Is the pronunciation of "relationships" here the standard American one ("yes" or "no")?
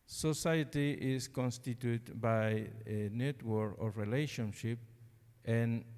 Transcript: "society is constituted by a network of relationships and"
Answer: no